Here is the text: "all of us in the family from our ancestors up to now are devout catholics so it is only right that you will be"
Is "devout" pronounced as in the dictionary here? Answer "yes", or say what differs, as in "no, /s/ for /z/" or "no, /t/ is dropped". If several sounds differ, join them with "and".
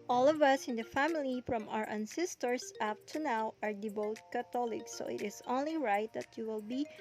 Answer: no, /b/ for /v/